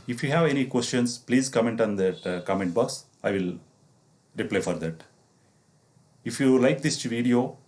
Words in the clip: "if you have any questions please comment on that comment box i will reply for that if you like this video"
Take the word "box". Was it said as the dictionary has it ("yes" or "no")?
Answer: yes